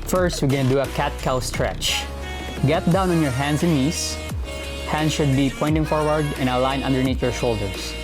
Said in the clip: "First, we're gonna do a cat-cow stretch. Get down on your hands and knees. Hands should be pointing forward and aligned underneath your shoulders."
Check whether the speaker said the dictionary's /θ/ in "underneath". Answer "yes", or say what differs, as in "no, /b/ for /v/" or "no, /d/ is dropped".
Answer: no, /t/ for /θ/